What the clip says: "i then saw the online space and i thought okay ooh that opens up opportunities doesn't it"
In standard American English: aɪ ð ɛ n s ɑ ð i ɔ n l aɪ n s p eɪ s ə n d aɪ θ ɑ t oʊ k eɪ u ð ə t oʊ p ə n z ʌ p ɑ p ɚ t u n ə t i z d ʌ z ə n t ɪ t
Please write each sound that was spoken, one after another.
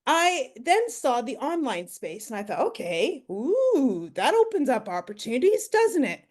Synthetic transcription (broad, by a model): aɪ ð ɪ n s ɑ ð i ɔ n l aɪ n s p eɪ s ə n aɪ θ ɑ t oʊ k eɪ u ð ə t oʊ p ə n z ʌ p ɑ p ɚ t u n ə t i z d ʌ z ə n t ɪ t